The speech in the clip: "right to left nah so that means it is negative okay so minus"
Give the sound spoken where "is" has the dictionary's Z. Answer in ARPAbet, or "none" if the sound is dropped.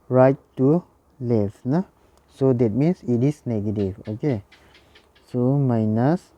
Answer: S